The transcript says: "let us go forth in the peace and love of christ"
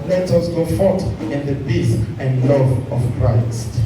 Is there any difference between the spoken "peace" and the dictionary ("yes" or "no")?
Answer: yes